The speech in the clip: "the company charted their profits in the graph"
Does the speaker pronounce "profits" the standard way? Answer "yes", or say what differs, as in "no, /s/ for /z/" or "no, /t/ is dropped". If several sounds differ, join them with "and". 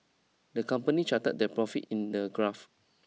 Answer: no, /s/ is dropped